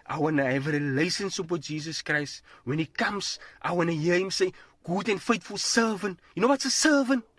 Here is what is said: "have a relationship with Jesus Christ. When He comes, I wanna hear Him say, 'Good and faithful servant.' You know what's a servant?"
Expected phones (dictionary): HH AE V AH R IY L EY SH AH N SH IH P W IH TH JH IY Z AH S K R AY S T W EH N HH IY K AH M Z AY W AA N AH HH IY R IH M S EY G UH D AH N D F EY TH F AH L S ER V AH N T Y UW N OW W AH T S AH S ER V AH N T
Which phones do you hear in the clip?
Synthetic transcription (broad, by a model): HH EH V AH R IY L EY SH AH N S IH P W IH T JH IY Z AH S K R AY S T W EH N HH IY K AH M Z AY W AA N AH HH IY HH IH M S EY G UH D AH N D F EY T F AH L S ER V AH N T Y UW N OW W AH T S AH S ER V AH N T